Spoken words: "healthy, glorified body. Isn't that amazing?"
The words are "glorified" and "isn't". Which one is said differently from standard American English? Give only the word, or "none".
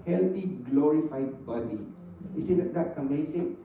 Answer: isn't